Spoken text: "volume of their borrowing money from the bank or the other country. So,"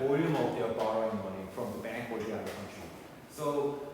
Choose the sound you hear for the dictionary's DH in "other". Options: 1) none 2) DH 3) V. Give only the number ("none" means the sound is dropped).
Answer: 1